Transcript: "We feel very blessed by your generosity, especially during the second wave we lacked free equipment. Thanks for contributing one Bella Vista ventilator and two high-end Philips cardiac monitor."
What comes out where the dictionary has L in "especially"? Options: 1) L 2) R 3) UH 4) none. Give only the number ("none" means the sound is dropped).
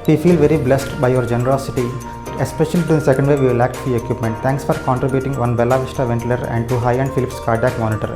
4